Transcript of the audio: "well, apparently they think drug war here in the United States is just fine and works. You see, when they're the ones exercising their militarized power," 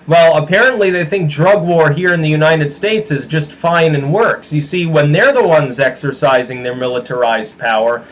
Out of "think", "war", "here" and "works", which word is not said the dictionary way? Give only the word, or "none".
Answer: none